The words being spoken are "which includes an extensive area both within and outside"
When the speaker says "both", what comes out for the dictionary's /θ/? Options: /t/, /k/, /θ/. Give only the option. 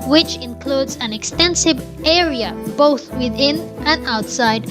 /θ/